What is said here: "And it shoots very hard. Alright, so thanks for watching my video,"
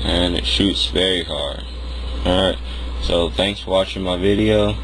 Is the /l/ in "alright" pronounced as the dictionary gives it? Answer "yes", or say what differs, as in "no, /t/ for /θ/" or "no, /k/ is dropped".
no, /l/ is dropped